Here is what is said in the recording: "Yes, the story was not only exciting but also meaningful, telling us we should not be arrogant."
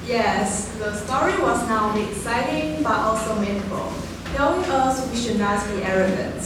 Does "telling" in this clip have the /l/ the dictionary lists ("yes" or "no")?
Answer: no